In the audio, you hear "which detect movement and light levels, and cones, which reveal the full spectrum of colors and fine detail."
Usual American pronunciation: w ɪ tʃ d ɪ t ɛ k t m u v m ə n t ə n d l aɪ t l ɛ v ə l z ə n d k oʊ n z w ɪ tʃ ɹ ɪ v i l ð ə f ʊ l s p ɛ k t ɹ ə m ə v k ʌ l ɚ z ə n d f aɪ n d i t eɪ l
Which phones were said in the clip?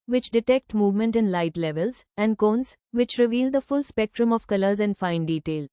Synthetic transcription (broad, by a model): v ɪ tʃ d ɪ t ɛ k t m u v m ə n t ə n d l aɪ t l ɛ v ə l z ə n d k oʊ n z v ɪ tʃ ɹ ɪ v i l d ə f ʊ l s p ɛ k t ɹ ə m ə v k ʌ l ɚ z ə n d f aɪ n d i t eɪ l